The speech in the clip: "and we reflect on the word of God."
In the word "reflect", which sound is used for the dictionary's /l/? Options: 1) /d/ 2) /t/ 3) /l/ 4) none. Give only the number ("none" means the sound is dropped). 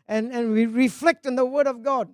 3